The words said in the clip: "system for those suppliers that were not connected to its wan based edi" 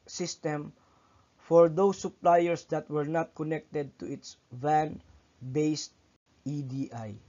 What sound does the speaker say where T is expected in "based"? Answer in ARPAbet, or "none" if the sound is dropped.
T